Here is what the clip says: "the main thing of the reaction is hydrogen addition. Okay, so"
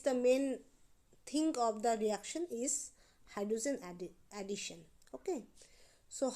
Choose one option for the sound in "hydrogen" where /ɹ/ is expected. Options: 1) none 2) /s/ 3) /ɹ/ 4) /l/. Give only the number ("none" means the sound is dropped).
1